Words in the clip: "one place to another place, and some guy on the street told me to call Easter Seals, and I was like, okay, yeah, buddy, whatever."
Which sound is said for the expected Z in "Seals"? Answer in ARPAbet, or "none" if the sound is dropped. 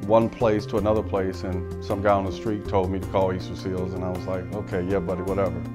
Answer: Z